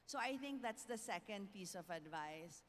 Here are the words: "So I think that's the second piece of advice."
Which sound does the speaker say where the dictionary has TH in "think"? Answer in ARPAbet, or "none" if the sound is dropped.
T